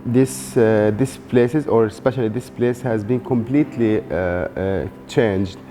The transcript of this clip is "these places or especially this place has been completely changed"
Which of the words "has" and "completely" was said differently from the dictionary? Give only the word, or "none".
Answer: none